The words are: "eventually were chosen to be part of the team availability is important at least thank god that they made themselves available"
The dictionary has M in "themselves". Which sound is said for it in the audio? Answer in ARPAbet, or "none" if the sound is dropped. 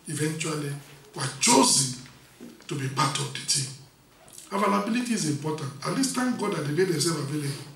none